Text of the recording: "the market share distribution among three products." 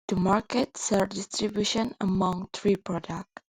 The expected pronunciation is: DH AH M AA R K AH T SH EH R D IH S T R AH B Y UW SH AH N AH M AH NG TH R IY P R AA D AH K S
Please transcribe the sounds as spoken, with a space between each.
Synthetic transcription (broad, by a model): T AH M AA R K AH T S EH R D IH S T R AH B Y UW SH AH N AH M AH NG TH R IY P R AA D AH K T